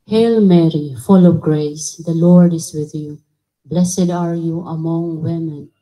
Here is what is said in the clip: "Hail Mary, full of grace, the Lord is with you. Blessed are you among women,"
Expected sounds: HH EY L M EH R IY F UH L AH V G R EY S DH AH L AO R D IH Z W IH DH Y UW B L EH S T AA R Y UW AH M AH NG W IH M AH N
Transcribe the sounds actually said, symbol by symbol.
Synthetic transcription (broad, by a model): HH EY L M EH R IY F UH L AH V G R EY S DH AH L AO R D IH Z W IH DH Y UW B L EH S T AA R Y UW AH M AH NG W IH M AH N